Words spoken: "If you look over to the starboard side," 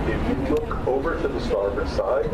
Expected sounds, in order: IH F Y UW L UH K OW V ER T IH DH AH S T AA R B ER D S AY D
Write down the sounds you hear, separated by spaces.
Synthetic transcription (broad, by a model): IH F Y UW L UH K OW V ER T IH DH AH S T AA R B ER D S AY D